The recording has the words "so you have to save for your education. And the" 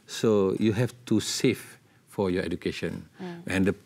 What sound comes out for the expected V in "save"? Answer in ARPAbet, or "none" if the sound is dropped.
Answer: F